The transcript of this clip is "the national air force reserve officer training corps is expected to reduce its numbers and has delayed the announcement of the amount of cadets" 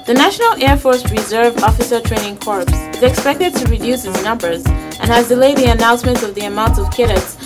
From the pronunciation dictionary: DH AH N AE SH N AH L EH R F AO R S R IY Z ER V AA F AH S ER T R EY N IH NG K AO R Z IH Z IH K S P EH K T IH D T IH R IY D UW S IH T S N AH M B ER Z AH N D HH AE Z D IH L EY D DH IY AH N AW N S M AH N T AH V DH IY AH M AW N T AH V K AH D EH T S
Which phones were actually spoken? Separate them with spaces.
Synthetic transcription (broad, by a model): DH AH N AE SH N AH L EH R F AO R S R IY Z ER V AA F AH S ER T R EY N IH NG K AO R S IH Z IH K S P EH K T IH D T IH R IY D UW S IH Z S N AH M B ER Z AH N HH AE Z D IH L EY D DH IY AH N AW N S M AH N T AH V DH IY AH M AW N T AH V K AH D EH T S